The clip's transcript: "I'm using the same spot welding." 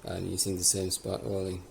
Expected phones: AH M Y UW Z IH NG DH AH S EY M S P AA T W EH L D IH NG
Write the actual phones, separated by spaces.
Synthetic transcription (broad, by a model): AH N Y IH S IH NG DH AH S EY M S P AA T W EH L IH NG